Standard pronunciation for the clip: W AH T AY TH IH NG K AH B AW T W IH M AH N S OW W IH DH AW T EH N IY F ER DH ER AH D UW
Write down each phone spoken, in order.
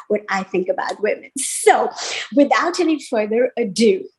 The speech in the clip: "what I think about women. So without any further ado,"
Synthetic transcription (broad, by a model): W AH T AY TH IH NG K AH B AW T W IH M AH N S OW W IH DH AW T EH N IY F ER DH ER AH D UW